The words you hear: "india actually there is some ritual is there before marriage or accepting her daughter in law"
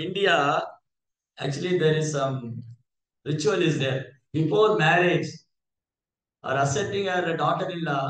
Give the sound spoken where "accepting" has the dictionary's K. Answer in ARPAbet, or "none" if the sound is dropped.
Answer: none